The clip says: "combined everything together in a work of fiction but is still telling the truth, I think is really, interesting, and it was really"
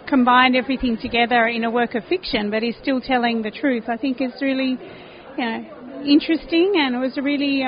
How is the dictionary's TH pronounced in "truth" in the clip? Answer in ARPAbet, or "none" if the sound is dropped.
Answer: TH